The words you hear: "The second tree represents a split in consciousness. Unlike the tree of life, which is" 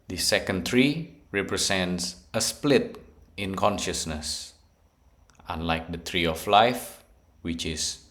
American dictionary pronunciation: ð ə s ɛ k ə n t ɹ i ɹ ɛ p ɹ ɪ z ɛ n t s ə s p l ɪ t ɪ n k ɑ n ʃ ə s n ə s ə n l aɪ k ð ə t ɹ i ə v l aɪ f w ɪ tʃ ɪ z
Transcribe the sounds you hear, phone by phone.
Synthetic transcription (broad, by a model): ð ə s ɛ k ə n t ɹ i ɹ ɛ p ɹ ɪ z ɛ n t s ə s p l ɪ t ɪ n k ɑ n ʃ ə s n ə s ə n l aɪ k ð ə t ɹ i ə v l aɪ f w ɪ tʃ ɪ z